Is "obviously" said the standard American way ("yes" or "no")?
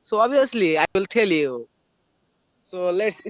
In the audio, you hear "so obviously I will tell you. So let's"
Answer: no